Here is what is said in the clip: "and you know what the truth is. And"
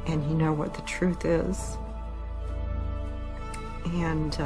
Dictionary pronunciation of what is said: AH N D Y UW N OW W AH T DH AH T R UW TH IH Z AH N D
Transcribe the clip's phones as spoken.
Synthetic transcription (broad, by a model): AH N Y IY N OW W AH T DH AH T R UW TH IH Z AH N